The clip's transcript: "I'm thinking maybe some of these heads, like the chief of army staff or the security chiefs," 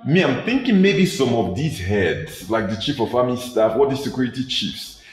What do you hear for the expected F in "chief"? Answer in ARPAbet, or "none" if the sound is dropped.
F